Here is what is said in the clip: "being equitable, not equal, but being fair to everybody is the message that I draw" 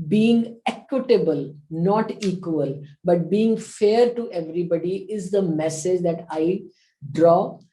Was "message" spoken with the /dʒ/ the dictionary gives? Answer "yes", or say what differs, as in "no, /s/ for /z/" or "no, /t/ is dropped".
yes